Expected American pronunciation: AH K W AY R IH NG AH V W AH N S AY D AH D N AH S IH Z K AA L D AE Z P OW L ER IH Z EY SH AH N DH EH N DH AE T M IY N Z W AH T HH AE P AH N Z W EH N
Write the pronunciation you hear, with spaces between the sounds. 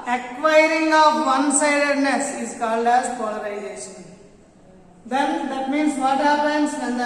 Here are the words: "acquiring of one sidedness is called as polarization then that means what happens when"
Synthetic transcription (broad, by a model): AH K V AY R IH NG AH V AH N S AY D AH D N AH S IH Z K AA L D AE Z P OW L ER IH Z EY SH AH N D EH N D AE T M IY N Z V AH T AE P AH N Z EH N